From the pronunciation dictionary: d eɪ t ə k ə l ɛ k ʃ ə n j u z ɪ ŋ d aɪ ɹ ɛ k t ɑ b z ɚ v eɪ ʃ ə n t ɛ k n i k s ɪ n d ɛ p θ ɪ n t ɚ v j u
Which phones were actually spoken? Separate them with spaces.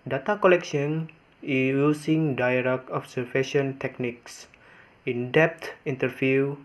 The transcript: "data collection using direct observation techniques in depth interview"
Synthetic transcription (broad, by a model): d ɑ t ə k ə l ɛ k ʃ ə n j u s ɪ ŋ d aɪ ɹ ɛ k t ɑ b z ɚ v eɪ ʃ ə n t ɛ k n i k s ɪ n d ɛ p t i n t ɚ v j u